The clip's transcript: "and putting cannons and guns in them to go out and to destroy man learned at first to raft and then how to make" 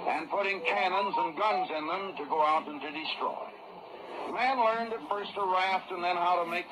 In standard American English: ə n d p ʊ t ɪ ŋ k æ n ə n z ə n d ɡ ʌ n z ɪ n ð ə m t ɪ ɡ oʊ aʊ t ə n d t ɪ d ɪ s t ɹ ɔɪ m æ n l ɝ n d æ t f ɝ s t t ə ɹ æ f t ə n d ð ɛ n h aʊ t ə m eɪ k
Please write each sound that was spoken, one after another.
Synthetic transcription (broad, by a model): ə n p ʊ t ɪ ŋ k æ n ə n z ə n ɡ ʌ n z ɪ n ð ə m t ɪ ɡ oʊ aʊ t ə n t ɪ d ɪ s t ɹ ɔɪ m æ n l ɝ n d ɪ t f ɝ s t t ə ɹ æ f t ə n ð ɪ n h aʊ t ə m eɪ k